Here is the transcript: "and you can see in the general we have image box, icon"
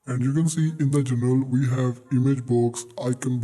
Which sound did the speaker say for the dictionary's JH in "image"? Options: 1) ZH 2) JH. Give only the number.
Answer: 2